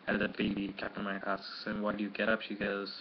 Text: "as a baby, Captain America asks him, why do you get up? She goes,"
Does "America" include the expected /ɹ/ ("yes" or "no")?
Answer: no